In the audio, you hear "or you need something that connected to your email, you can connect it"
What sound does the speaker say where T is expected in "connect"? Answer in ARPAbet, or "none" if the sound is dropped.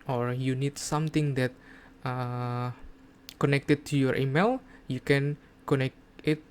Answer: none